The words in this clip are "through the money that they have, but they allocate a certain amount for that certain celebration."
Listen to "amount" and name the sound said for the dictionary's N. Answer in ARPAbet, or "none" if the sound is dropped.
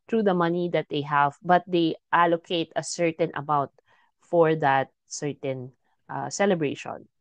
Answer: none